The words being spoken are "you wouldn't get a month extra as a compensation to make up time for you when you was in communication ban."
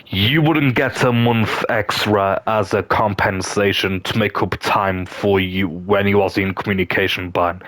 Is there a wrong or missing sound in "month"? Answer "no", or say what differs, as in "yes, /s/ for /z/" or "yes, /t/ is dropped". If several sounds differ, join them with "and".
no